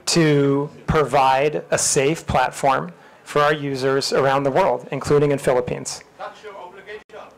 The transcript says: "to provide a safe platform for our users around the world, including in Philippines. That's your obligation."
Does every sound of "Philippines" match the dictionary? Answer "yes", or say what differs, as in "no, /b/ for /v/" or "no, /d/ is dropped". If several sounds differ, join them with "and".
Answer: yes